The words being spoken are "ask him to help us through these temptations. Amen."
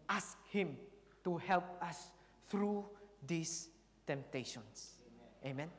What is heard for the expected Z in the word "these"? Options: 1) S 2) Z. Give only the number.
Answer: 1